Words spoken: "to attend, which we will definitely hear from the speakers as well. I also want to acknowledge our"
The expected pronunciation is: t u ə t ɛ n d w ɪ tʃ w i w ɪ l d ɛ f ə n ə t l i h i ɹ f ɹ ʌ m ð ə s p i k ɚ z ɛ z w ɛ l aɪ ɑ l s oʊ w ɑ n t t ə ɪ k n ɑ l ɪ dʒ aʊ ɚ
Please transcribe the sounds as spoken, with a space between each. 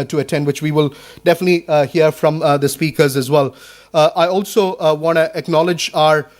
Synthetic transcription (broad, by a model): t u ə t ɛ n d w ɪ tʃ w i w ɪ l d ɛ f ə n ə t l i h i ɹ f ɹ ʌ m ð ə s p i k ɚ z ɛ z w ɛ l aɪ ɑ l s oʊ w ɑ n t t ə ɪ k n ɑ l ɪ dʒ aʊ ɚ